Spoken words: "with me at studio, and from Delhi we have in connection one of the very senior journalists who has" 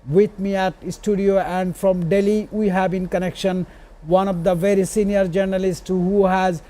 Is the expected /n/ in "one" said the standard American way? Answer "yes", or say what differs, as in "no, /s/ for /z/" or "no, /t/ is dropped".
yes